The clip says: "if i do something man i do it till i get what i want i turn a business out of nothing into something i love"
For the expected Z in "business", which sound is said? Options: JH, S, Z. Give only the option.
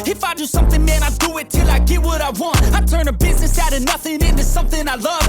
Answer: Z